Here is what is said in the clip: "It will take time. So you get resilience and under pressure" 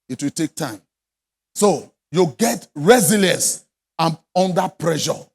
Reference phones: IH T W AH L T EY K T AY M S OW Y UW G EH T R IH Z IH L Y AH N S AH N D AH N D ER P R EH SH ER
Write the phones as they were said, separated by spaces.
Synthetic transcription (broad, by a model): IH T W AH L T EY K T AY M S OW Y UW G EH T R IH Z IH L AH S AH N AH N D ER P R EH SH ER